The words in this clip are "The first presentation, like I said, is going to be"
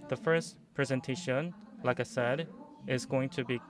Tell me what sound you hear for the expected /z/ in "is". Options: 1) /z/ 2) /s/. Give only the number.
1